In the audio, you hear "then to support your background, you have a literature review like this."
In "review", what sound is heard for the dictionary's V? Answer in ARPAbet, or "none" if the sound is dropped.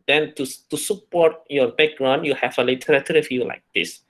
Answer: F